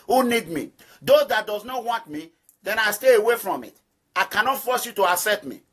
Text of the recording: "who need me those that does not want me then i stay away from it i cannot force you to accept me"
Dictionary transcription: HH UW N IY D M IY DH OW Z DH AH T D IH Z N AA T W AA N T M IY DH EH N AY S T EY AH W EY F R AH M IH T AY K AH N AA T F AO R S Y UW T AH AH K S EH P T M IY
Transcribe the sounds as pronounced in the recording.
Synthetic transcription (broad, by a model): HH UW N IY D M IY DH OW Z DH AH T D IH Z N AA T W AA N T M IY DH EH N AY S T EY AH W EY F R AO M IH T AY K AH N AA T F AO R S Y UW T AH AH S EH T M IY